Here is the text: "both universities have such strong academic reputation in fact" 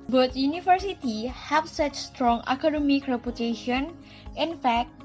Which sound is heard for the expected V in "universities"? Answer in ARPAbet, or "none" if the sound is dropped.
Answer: F